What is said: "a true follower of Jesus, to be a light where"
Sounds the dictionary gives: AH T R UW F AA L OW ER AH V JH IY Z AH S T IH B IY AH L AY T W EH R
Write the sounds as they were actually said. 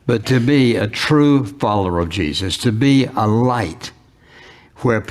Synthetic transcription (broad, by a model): AH T R UW F AA L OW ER AH V JH IY Z AH S T IH B IY AH L AY T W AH R